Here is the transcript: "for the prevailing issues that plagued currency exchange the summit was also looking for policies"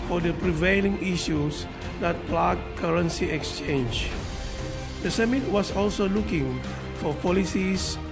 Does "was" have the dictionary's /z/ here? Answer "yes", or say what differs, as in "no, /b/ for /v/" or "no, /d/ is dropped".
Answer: no, /s/ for /z/